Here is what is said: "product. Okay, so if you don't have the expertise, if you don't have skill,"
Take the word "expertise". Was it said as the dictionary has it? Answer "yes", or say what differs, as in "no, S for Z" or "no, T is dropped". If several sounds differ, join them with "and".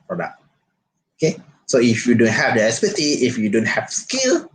no, K is dropped and Z is dropped